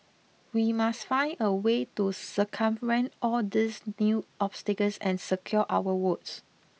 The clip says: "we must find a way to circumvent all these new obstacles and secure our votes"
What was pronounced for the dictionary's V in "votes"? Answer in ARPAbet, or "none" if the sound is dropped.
W